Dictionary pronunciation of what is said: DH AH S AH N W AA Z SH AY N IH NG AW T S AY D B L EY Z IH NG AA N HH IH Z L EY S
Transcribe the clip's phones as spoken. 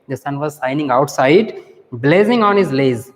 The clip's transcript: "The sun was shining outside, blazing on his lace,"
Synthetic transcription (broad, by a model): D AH S AH N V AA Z S AY N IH NG AW T S AY D B L EY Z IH NG AA N HH IH Z L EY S